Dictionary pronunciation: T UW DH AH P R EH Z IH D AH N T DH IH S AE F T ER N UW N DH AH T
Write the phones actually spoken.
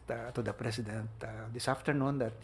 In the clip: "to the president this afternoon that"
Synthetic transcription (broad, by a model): T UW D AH P R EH S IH D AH N T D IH S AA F T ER N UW N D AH T